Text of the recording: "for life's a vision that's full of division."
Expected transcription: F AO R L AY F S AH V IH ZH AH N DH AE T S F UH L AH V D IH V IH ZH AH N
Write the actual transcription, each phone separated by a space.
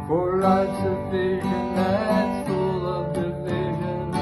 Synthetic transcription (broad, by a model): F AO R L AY S AH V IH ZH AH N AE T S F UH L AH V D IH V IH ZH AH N